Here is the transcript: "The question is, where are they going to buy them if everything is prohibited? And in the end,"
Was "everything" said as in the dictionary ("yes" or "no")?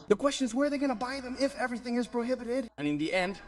yes